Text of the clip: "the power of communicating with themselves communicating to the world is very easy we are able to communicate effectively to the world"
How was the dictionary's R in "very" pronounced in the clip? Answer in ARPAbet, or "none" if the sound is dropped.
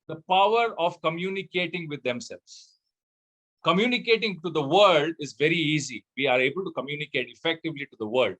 R